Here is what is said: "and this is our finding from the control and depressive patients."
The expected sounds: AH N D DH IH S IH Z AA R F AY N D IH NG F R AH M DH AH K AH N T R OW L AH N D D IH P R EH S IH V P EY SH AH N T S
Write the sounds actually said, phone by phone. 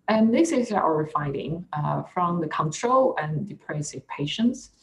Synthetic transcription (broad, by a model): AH N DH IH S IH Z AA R F AY D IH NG F R AH M DH AH K AH N T R OW L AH N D D IH P R EH S IH V P EY SH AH N T S